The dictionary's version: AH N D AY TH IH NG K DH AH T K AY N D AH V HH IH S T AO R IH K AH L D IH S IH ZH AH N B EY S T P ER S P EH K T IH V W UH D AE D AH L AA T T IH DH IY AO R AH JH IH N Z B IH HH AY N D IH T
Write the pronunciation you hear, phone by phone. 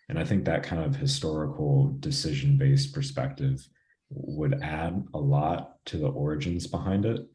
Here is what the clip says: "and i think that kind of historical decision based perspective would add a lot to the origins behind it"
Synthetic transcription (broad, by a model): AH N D AY TH IH NG K DH AH T K AY N D AH V HH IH S T AO R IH K L D IH S IH ZH AH N B EY S P ER S P EH K T IH V W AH D AE D AH L AA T T IH DH IY AO R AH JH IH N Z B IH HH AY N D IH T